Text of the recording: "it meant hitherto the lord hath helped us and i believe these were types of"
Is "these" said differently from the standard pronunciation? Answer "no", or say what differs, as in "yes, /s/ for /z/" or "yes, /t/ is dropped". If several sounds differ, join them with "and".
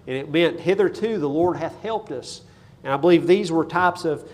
no